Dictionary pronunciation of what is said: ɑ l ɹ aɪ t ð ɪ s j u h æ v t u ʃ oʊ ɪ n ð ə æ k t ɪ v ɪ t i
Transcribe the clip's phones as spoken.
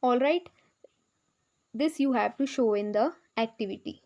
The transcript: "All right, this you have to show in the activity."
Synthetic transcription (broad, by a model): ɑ l ɹ aɪ t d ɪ s j u h æ v t u ʃ oʊ ɪ n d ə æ k t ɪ v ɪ t i